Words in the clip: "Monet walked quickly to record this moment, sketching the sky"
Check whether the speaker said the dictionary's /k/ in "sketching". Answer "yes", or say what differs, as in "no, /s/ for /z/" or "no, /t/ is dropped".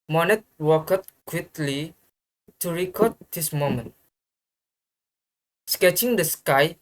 yes